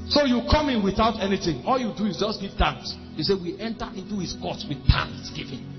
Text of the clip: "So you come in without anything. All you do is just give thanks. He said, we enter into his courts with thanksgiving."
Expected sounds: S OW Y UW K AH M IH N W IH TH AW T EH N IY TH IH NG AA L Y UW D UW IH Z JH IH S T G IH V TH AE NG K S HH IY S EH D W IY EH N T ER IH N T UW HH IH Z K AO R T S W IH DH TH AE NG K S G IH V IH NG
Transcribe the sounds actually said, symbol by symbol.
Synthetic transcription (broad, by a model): S OW Y UW K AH M IH N W IH TH AW T EH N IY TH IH NG AA L Y UW D UW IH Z JH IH S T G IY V T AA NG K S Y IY S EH W IY EH N T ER IH N T UW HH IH S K AO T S W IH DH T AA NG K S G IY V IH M